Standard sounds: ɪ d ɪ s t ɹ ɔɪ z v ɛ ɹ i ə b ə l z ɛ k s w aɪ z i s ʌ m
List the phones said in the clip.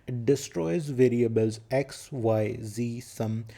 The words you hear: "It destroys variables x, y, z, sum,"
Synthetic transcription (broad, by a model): d ɪ s t ɹ ɔɪ z v ɛ ɹ i ə b ə l z ɛ k s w aɪ z i s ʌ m